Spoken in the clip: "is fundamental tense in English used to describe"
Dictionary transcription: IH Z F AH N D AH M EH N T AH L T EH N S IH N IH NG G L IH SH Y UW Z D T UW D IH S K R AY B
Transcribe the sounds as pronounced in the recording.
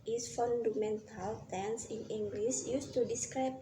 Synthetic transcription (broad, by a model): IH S F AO N D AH M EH N T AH L T EH N S IH N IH NG G L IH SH Y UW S T UW D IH S K R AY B